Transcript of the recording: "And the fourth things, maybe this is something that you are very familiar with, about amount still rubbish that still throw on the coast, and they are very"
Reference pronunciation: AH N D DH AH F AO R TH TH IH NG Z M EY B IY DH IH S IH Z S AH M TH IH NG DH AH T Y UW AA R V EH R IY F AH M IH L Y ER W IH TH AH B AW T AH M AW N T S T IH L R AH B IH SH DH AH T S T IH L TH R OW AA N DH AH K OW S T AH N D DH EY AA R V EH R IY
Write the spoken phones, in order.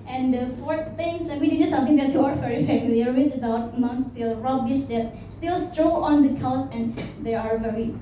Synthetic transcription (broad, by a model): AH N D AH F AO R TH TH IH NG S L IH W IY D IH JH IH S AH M T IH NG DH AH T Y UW AA R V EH R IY F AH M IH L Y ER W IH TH AH B AW T M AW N S T IH L R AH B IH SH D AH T S T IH L T R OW AA N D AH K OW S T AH N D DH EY AA R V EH R IY